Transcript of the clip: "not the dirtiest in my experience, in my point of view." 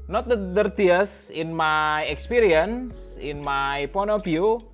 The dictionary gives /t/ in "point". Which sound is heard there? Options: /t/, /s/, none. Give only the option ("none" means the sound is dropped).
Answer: none